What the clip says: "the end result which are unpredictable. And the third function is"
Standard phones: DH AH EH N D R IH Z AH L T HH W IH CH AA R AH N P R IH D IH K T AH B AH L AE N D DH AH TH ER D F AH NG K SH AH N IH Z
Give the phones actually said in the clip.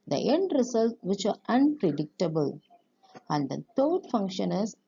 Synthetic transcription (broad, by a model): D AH EH N D R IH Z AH L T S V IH CH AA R AH N P R IH D IH K T AH B AH L AE N D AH T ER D F AH NG K SH AH N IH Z